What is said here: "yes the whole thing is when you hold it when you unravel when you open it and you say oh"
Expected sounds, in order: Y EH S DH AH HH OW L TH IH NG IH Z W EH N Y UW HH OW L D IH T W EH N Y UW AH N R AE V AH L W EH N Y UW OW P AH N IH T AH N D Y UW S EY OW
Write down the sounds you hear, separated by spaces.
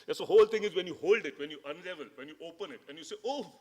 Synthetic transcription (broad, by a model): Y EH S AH HH OW L T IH NG IH Z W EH N Y UW HH OW L D IH T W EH N Y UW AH N L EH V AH L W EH N Y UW OW P AH N IH T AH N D Y UW S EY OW